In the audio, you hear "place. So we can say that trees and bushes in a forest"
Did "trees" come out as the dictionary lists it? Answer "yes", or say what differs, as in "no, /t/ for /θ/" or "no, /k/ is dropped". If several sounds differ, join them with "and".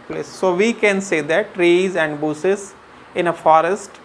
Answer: yes